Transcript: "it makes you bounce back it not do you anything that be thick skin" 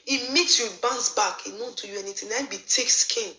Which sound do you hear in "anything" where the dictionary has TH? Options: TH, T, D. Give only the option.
T